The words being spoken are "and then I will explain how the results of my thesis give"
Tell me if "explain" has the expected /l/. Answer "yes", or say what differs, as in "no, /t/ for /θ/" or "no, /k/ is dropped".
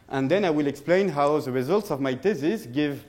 yes